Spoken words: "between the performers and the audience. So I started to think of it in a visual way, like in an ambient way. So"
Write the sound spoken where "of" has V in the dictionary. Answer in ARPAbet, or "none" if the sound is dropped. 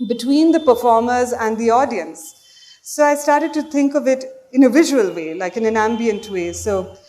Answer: V